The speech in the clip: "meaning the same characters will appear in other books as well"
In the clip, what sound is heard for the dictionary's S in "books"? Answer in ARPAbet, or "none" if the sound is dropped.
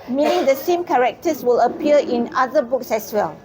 S